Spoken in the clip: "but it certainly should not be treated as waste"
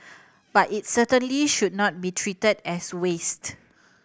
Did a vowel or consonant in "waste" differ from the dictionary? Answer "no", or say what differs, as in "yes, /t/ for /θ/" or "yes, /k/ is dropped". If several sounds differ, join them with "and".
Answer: no